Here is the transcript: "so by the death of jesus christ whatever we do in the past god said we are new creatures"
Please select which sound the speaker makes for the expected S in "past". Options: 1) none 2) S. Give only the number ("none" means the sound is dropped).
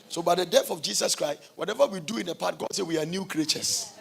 1